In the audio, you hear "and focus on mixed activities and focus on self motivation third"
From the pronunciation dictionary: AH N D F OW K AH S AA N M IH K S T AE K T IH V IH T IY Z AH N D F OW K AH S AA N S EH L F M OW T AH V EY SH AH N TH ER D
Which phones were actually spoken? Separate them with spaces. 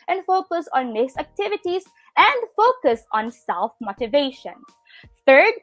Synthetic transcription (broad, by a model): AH N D F OW K AH S AA N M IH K S AE K T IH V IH T IY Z AH N D F OW K AH S AA N S EH L F M OW T AH V EY SH AH N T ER D